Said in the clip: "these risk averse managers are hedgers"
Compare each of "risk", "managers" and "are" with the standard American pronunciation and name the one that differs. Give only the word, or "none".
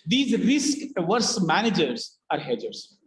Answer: none